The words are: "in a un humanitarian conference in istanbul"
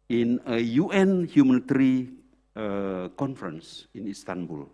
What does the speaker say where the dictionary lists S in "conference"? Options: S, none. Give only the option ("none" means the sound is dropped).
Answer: S